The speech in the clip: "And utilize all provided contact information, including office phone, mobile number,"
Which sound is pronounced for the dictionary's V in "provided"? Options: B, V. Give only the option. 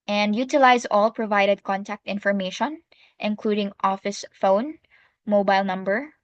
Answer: V